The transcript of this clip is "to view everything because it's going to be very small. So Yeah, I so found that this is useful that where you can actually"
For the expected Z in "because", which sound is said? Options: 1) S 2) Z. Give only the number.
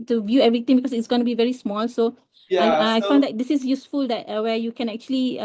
1